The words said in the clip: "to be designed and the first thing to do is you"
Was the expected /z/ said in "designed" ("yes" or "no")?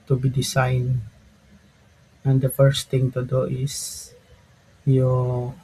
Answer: no